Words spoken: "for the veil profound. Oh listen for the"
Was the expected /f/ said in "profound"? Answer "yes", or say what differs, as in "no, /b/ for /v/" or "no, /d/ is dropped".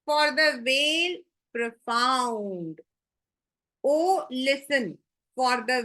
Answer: yes